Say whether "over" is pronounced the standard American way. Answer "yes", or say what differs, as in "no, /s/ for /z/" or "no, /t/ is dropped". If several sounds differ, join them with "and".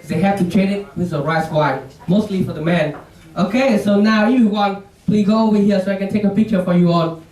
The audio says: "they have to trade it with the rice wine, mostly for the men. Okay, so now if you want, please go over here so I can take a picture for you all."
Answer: no, /w/ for /v/